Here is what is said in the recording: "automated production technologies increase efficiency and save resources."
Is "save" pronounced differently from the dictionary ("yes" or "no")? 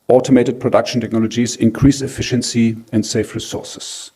yes